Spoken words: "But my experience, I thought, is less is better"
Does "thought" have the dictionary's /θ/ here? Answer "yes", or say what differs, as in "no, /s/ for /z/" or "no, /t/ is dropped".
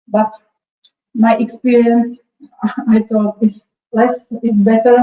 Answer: no, /t/ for /θ/